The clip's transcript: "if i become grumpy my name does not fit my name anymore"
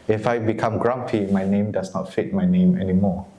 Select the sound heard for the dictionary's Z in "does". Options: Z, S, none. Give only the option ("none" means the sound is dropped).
S